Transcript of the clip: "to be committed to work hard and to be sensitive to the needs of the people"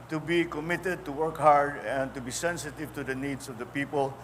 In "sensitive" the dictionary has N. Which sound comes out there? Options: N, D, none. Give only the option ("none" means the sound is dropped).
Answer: N